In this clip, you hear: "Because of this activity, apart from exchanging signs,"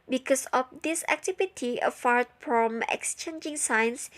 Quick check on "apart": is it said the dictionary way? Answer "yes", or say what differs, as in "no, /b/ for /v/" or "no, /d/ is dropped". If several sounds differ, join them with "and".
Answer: no, /f/ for /p/